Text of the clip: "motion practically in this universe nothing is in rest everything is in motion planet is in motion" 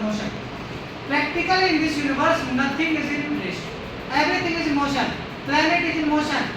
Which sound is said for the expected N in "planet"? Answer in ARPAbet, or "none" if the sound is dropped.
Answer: none